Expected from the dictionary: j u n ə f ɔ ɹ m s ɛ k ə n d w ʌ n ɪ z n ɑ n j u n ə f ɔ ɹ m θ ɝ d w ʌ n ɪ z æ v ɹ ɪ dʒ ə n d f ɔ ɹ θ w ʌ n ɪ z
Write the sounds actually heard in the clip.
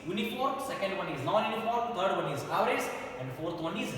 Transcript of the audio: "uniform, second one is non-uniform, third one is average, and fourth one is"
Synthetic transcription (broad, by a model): j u n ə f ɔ ɹ m s ɛ k ə n d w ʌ n ɪ z n ɑ n j u n ə f ɔ ɹ m t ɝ d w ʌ n ɪ z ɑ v ɹ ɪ z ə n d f ɔ ɹ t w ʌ n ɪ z